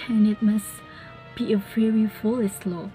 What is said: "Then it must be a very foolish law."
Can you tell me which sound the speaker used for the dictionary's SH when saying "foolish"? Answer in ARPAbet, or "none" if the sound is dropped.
S